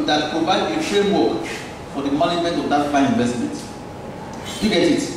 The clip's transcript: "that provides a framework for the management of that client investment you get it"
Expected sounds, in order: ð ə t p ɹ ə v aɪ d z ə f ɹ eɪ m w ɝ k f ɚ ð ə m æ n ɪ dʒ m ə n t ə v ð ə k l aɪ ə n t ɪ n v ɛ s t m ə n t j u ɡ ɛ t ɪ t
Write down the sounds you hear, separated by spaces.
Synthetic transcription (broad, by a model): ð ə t p ɹ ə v aɪ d ə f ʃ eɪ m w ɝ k f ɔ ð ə m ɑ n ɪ dʒ m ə n t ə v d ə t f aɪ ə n ɪ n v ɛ s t m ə n t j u ɡ ɛ t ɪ t